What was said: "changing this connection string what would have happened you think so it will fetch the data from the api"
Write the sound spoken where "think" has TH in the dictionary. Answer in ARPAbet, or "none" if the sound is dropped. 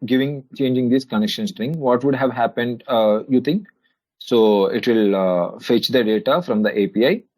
T